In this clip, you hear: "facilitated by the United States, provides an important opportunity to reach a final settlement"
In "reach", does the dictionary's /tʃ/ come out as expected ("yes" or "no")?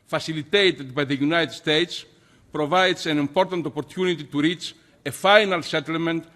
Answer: yes